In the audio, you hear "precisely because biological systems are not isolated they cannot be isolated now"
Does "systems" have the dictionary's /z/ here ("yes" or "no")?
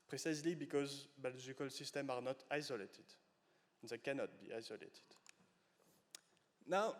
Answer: no